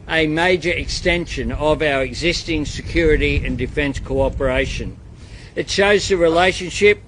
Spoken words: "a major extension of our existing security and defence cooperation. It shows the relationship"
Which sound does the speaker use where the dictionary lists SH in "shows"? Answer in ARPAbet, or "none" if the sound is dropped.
SH